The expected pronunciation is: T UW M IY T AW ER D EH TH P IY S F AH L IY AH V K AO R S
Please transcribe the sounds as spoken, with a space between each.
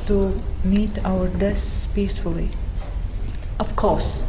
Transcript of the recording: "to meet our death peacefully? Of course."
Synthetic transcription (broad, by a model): T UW M IY T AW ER D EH S P IY S F AH L IY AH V K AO R S